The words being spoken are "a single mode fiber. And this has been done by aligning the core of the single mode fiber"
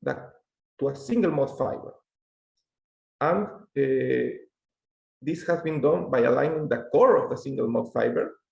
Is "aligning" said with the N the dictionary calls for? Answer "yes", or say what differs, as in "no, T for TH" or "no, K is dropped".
yes